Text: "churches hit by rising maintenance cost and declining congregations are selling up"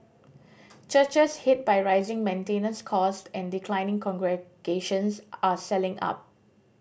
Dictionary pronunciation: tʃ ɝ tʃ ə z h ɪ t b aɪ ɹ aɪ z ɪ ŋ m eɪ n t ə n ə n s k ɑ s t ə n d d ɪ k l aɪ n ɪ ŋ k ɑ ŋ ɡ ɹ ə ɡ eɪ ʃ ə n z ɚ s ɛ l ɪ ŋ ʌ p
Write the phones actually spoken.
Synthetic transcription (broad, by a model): tʃ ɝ tʃ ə s h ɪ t b aɪ ɹ aɪ z ɪ ŋ m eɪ n t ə n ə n s k ɑ s t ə n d d ɪ k l aɪ n ɪ ŋ k ɑ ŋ ɡ ɹ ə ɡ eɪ ʃ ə n s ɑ s ɛ l ɪ ŋ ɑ p